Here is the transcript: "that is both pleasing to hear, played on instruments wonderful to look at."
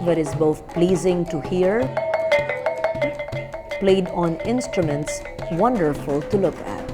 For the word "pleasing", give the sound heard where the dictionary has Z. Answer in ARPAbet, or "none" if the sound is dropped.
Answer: Z